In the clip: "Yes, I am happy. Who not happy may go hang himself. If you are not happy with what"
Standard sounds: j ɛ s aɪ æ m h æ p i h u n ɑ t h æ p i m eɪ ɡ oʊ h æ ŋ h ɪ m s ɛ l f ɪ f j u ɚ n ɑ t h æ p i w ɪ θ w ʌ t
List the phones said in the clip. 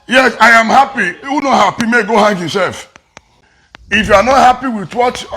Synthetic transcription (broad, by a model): j ɛ s aɪ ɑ m h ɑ p i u n ɑ t h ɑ p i m eɪ ɡ oʊ h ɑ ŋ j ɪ s ɛ l f ɪ f j u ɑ n ɑ t h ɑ p i w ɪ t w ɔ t